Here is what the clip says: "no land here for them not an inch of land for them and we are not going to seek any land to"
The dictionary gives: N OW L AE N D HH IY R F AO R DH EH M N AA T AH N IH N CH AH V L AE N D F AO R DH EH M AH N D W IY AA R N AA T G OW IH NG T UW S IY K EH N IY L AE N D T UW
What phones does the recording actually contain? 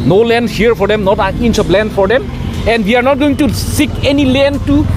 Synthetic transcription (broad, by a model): N OW L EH N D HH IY R F AO R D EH M N AA T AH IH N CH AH B L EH N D F AO R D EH M AH N D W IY AA R N AA T G OW IH NG T UW S IY K EH N IY L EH N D T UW